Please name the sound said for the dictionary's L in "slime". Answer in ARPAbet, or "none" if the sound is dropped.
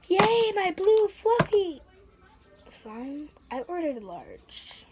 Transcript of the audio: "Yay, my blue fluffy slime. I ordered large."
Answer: none